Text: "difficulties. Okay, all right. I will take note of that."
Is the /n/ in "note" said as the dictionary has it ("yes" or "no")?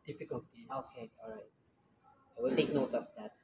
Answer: yes